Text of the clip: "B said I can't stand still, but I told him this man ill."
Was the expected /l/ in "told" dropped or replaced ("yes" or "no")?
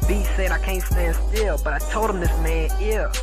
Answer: no